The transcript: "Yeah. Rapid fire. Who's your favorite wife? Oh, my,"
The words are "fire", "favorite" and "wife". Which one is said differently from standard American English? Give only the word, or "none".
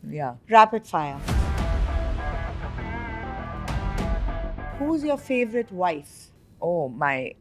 fire